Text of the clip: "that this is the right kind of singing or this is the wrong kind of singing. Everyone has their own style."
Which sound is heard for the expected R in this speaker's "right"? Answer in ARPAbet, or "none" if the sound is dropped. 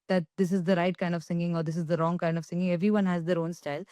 R